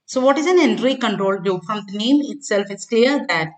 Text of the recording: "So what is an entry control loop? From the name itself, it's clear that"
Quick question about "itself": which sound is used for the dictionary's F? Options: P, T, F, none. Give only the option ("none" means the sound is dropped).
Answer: F